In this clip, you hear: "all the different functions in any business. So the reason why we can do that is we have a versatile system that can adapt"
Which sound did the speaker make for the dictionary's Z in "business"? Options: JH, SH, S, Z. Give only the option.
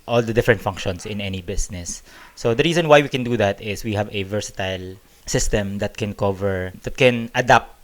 S